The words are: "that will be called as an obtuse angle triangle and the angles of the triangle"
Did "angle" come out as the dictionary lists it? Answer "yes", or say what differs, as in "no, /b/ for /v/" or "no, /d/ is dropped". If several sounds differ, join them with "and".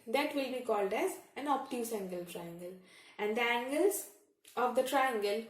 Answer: yes